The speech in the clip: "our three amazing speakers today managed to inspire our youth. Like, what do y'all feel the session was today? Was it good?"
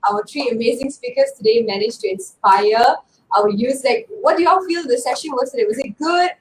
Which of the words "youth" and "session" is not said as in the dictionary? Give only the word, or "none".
youth